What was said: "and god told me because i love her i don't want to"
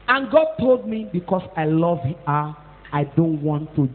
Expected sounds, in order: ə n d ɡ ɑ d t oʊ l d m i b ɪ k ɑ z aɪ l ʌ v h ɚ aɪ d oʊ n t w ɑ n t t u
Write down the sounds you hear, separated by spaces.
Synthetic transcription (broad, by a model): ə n ɡ ɑ d t oʊ l d m i b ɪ k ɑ s aɪ l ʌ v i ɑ aɪ d oʊ n t w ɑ n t t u